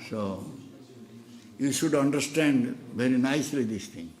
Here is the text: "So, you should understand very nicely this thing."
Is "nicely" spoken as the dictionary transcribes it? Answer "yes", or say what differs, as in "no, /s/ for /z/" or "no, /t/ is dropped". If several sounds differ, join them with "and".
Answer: yes